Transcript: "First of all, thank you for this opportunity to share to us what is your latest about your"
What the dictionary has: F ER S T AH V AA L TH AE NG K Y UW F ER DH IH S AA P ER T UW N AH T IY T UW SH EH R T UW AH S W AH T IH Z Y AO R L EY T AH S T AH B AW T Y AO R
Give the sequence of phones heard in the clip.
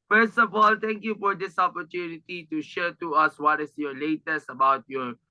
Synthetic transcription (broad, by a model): F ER S T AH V AA L T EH NG K Y UW F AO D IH S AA P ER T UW N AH T IY T UW SH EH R T UW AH S W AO T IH S Y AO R L EY T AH S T AH B AW T Y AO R